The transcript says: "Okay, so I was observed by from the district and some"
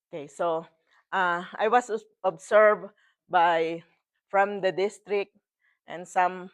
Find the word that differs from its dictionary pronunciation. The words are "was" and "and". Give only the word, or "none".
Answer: was